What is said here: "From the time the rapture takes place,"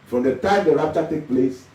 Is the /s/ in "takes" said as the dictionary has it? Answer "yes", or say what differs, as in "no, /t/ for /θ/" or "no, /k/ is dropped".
no, /s/ is dropped